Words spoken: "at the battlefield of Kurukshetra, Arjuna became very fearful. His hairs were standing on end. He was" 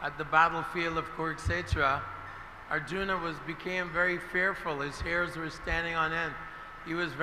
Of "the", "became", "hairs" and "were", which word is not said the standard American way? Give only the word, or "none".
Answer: none